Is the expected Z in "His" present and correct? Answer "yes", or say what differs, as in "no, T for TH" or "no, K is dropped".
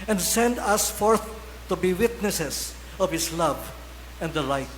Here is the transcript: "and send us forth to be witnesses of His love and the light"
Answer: no, S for Z